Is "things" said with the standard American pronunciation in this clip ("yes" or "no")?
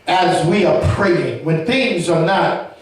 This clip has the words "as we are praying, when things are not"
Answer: yes